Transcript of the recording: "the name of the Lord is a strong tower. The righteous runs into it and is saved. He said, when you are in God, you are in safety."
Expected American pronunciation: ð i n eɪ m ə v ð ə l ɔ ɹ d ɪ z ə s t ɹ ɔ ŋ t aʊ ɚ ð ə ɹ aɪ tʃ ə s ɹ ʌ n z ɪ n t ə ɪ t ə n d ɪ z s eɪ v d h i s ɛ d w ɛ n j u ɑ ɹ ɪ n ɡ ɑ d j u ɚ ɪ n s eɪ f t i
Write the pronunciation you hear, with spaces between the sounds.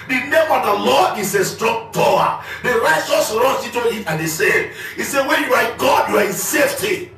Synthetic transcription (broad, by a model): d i n eɪ m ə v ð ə l ɔ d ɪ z ə s t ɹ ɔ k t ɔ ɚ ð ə ɹ aɪ tʃ ə s ɹ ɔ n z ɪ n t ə ɪ t ə n d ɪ s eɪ d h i s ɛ w ɛ n j u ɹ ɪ ɡ ɑ d j u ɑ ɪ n s eɪ f t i